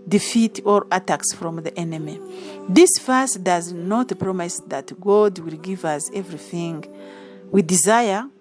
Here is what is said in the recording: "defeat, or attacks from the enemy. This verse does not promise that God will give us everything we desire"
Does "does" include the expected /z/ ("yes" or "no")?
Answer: yes